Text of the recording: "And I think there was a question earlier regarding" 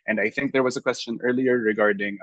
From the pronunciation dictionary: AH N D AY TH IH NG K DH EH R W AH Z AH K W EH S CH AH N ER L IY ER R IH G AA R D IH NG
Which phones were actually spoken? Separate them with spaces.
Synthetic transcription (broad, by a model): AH N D AY TH IH NG K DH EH R W AH Z AH K W EH S CH AH N ER L IY ER R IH G AA R D IH NG